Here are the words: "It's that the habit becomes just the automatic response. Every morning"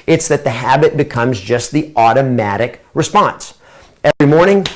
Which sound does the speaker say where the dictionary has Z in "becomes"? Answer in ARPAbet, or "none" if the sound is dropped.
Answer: Z